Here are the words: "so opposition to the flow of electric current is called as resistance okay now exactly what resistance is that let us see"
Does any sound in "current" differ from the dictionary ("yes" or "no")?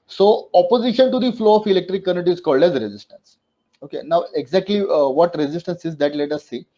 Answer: yes